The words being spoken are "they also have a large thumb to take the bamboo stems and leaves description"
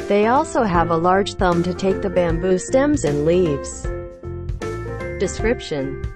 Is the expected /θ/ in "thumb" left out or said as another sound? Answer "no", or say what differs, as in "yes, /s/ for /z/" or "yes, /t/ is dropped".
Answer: no